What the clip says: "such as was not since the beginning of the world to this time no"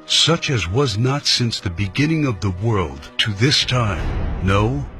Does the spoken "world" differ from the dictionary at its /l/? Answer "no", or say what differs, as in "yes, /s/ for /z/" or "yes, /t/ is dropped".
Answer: no